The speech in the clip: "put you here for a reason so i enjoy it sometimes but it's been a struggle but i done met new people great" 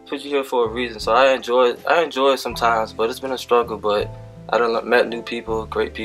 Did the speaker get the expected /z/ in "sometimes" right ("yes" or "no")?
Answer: yes